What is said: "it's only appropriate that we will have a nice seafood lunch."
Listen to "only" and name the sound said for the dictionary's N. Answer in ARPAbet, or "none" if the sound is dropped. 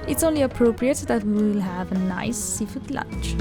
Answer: N